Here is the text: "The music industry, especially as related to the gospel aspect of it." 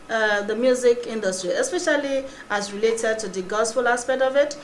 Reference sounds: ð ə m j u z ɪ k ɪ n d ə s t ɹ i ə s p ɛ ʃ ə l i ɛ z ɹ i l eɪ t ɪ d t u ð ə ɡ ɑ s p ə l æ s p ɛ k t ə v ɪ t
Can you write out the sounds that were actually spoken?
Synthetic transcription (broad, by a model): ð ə m j u z ɪ k ɪ n d ə s t ɹ i ə s p ɛ ʃ ə l i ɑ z ɹ i l eɪ t ɪ d t u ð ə ɡ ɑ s f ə l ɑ s p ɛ k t ə v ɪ t